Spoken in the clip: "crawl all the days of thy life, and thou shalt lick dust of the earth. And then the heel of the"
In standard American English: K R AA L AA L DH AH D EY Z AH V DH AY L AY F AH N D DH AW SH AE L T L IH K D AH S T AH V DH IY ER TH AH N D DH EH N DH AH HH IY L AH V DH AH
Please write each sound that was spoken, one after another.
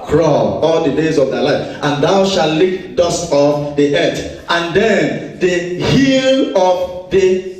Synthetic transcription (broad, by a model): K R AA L AA L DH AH D EY Z AH V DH AY L AY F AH N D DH AW SH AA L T L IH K D AH S T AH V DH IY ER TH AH N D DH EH N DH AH HH IY L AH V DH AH